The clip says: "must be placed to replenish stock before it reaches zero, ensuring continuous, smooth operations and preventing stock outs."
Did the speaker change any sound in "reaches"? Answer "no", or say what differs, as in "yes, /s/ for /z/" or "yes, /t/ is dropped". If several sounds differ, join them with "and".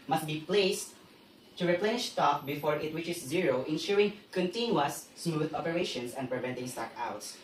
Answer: yes, /w/ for /ɹ/